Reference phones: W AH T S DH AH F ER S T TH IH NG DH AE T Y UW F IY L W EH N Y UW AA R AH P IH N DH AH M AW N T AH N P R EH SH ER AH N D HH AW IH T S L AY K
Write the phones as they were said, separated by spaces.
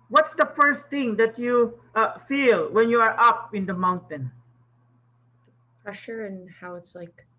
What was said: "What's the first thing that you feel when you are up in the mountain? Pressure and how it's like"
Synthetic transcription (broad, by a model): W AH T S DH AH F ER S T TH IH NG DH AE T Y UW F IY L W EH N Y UW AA R AH P IH N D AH M AW N T AH N P R EH SH ER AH N HH AW IH T S L AY K